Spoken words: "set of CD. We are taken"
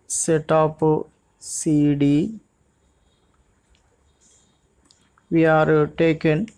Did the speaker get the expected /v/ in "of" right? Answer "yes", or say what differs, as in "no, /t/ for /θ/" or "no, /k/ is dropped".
no, /p/ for /v/